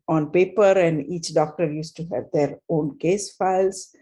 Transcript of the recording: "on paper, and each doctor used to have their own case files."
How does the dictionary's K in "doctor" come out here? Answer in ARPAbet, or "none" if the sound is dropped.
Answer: K